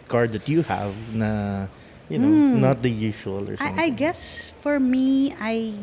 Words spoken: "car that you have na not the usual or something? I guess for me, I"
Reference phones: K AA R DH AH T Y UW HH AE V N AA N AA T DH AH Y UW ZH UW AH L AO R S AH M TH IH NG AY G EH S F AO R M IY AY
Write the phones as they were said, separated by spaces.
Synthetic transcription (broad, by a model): K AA R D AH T Y UW HH AE V N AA N AA T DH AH Y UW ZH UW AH L AO R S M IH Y G EH S F AO R M IY AY